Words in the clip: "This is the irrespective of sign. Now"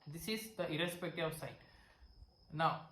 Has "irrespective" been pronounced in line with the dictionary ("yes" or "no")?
no